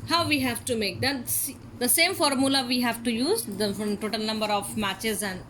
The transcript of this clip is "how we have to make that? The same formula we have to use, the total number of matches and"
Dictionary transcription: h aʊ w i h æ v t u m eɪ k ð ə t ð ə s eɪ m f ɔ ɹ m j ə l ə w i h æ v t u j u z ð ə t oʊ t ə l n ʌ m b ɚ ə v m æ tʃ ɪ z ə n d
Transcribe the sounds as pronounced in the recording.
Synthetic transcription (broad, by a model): h aʊ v i h æ v t u m eɪ k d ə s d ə s eɪ m f ɔ ɹ m j ə l ə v i h æ v t u j u z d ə t oʊ t ə l n ʌ m b ɚ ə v m æ tʃ ɪ z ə n d